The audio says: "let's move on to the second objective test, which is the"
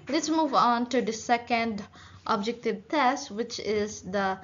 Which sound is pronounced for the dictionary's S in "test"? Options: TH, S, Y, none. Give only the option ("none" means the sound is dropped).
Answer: S